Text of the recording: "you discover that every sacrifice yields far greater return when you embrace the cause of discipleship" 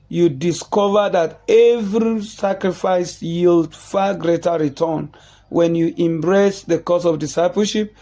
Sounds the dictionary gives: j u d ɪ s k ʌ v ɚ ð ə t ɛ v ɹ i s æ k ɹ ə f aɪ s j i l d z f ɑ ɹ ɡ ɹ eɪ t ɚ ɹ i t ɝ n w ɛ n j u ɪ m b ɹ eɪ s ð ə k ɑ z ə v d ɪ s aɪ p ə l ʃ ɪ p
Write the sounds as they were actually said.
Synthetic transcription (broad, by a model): j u d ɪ s k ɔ v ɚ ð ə t ɛ v ɹ i s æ k ɹ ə f aɪ s j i l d f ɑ ɡ ɹ eɪ t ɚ ɹ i t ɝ n w ɛ n j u ɪ m b ɹ eɪ s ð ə k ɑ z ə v d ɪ s aɪ p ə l ʃ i p